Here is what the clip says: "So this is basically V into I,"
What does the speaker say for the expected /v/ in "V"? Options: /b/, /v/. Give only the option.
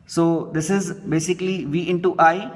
/v/